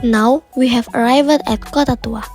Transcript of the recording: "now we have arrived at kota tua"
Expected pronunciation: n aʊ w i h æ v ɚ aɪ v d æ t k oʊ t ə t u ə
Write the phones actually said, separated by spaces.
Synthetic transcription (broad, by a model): n aʊ w i h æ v ɚ aɪ v d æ t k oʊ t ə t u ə